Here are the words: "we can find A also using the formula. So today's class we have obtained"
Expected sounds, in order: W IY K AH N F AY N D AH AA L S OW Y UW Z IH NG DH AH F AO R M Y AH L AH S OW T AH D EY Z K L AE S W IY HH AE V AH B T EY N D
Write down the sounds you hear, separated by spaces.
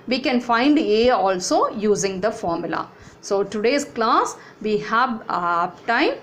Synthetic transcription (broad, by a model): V IY K AH N F AY N D AH AA L S OW Y UW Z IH NG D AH F AO R M Y AH L AH S OW T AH D EY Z K L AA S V IY HH AE V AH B T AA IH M